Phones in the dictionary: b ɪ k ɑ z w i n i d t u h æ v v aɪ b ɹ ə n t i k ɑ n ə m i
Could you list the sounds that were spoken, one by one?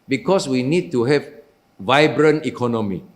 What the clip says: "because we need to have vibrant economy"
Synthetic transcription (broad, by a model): b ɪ k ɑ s w i n i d t u h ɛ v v aɪ b ɹ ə n i k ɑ n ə m i